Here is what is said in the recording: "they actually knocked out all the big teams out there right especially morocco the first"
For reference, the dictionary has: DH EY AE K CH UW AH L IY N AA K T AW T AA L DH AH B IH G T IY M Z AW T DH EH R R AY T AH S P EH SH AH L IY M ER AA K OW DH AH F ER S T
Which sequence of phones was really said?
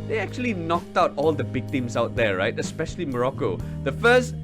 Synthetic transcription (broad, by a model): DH EY AE K CH UW AH L IY N AA K T AW T AA L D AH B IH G T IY M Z AW T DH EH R R AY T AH S P EH SH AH L IY M ER AA K OW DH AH F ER S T